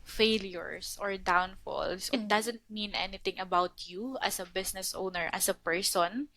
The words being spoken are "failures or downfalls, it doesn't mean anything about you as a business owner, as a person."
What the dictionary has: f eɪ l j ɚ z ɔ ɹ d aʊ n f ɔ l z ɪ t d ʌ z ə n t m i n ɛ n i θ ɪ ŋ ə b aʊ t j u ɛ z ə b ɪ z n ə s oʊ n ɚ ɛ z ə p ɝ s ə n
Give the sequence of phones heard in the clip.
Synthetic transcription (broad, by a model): f eɪ l j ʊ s ɔ ɹ d aʊ n f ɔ l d ɪ t d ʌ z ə n t m i n ɛ n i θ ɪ ŋ ə b aʊ t j u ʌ s ə b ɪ s n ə s oʊ n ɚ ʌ s ə p ɝ s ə n